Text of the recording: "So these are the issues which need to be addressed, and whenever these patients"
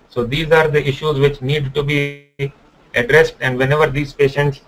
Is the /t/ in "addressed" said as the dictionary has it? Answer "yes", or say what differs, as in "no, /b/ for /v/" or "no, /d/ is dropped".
yes